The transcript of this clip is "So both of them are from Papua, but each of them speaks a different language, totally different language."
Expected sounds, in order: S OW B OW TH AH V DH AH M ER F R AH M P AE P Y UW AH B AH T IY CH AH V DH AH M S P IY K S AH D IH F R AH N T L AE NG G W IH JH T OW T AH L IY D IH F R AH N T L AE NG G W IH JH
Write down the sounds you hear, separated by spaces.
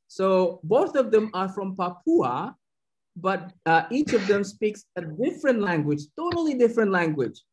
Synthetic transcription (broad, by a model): S OW B OW TH AH V DH AH M ER F R AH M P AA P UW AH B AH T IY CH AH V DH AH M S P IY K S AH D IH F R AH N T L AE NG G W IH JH T OW T L IY D IH F R AH N T L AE NG G W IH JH